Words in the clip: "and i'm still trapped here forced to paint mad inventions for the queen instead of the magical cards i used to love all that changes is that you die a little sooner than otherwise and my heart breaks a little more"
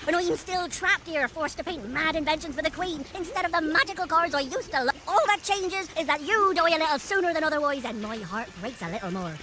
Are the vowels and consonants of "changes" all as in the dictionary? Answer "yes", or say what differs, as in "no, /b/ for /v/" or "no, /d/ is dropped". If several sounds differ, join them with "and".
yes